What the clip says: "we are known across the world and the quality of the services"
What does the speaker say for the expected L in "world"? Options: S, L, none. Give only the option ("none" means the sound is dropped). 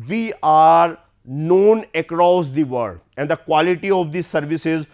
none